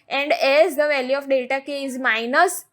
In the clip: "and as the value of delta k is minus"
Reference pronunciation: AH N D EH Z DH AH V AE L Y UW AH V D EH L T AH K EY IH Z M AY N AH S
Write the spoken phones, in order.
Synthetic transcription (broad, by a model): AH N D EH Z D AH V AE L Y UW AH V D EH T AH K EY IH Z M AY N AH S